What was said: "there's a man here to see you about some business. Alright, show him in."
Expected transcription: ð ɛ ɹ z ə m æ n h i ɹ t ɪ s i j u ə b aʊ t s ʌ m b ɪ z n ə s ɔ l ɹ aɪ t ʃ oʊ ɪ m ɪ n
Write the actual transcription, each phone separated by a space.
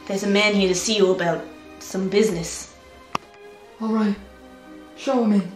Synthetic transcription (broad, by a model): ð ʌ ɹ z ə m æ n h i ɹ t ɪ s i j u ə b aʊ t s ʌ m b ɪ z n ə s ɔ l ɹ aɪ t ʃ oʊ ɪ m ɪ